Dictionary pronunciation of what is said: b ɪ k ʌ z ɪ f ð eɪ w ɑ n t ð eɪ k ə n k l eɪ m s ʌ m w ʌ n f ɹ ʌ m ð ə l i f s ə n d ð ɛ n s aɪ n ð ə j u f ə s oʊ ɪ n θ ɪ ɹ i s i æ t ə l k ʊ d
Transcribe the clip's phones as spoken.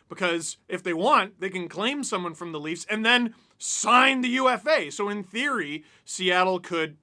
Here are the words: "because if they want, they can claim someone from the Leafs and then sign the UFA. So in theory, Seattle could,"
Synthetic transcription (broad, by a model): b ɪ k ʌ z ɪ f ð eɪ w ɑ n t ð eɪ k ə n k l eɪ m s ʌ m w ʌ n f ɹ ʌ m ð ə l i f s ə n ð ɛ n s aɪ n ð ə j u f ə s oʊ ɪ n θ ɪ ɹ i s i æ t l k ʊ d